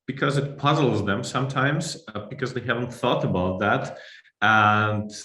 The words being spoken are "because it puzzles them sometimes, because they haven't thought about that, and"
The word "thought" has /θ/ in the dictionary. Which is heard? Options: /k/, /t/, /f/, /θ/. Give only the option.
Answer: /θ/